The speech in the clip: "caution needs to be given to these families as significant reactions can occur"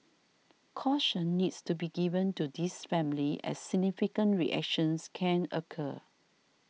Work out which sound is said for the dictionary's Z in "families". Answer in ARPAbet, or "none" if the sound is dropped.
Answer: none